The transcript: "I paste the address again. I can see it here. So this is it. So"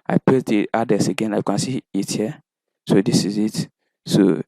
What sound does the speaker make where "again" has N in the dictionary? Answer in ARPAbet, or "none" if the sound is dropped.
N